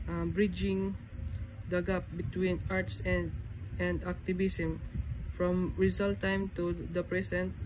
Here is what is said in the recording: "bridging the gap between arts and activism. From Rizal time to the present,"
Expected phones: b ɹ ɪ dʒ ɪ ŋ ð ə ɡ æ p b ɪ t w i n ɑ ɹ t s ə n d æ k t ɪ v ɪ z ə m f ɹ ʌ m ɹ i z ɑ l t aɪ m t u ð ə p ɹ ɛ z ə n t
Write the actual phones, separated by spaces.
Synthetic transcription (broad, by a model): b ɹ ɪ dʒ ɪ ŋ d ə ɡ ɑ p b ɪ t w i n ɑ ɹ t s ə n d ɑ k t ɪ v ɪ s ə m f ɹ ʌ m ɹ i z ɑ l t aɪ m t u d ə p ɹ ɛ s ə n t